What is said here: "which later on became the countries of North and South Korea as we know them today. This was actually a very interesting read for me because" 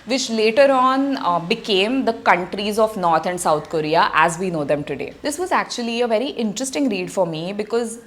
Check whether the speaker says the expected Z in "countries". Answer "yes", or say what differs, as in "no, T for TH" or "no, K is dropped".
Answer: yes